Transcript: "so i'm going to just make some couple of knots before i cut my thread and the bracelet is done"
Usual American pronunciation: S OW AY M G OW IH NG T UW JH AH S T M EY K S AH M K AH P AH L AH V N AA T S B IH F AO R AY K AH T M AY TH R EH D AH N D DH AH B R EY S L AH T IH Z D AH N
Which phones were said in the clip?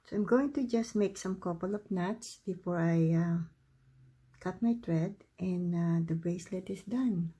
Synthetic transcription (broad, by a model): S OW AY M G OW IH NG T UW JH AH S T M EY K S AH M K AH P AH L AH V N AA T S B IH F AO R AY K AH T M AY T R EH D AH N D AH B R EY S L AH T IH S D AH N